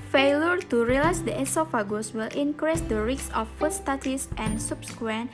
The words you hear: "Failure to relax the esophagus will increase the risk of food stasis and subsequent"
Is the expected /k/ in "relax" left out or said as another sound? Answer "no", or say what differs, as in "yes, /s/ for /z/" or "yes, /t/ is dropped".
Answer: yes, /k/ is dropped